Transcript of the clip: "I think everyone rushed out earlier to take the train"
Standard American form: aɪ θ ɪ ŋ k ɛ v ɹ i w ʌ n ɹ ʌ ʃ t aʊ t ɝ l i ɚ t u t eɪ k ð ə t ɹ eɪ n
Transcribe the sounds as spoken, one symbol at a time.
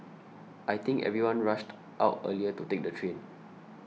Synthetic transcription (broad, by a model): aɪ t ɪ ŋ k ɛ v ɹ i w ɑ n ɹ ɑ ʃ t aʊ t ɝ l i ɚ t u t eɪ k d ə t ɹ eɪ n